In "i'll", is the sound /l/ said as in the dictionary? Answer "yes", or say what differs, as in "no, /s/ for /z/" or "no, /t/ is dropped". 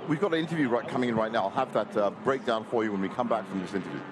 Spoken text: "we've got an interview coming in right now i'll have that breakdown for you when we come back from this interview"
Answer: yes